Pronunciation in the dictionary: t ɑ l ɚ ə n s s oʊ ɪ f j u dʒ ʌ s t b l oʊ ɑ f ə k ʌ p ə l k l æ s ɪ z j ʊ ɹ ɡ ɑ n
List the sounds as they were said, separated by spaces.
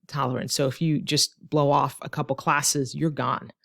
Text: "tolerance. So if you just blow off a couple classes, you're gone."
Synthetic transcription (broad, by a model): t ɑ l ɚ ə n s s oʊ ɪ f j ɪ dʒ ʌ s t b l oʊ ɑ f ə k ʌ p l k l æ s ɪ z j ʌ ɹ ɡ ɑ n